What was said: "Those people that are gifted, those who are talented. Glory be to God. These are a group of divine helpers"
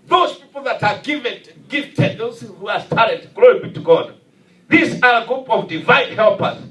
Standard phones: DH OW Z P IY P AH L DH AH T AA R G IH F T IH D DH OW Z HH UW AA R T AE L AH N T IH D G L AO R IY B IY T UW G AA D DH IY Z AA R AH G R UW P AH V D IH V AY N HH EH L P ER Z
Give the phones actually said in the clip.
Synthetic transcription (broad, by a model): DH OW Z P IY P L DH AH T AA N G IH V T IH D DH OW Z HH UW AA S T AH T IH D G L AO R IY B IY T UW G AA D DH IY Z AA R AH G R UW P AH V D IH V AY N HH EH L P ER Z